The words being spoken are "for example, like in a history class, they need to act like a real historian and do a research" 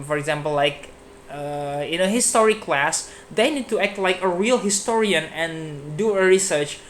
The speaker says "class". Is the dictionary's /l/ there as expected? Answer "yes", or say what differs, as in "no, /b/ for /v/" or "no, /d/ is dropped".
yes